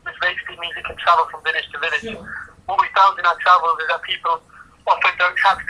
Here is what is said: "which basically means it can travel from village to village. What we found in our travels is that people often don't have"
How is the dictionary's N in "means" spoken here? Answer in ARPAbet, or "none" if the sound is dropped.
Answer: none